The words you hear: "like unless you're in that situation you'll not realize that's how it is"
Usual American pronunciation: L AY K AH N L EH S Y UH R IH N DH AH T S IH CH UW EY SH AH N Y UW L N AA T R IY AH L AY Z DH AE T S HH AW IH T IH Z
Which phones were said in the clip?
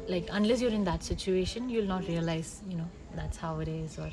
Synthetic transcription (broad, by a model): L AY K AH N L EH S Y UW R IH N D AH T S IH CH UW EY SH AH N Y UW L N AA T R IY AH L AY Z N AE T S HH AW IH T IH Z